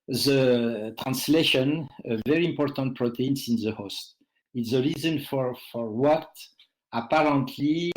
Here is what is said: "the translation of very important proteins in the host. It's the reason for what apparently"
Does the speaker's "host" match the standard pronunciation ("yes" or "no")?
yes